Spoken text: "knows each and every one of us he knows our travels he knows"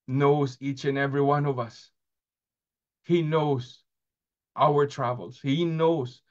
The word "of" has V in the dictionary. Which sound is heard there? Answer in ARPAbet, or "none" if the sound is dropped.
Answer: V